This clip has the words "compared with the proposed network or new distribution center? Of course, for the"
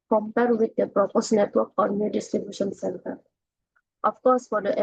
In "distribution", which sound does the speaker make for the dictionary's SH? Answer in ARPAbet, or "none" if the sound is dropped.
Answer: SH